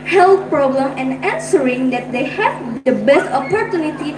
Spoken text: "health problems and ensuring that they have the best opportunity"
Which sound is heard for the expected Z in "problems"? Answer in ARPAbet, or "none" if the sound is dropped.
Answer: none